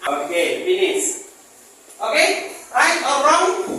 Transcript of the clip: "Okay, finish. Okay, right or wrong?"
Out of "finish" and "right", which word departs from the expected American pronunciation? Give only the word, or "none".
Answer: finish